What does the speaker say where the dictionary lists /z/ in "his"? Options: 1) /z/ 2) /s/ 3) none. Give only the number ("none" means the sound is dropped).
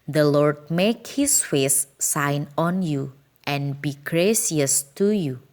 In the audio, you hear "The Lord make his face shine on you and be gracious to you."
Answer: 2